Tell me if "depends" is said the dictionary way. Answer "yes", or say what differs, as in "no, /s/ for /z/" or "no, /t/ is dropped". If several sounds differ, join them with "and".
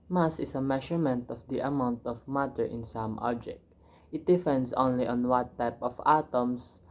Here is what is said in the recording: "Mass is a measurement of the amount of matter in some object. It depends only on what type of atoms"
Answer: no, /s/ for /z/